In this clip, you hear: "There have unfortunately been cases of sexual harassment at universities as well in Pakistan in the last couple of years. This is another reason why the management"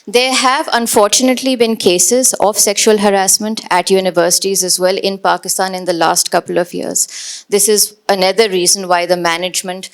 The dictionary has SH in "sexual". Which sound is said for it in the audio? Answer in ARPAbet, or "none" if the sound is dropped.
SH